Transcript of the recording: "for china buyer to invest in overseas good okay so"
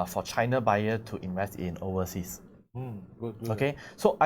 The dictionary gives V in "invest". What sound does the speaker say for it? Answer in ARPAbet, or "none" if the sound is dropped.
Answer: V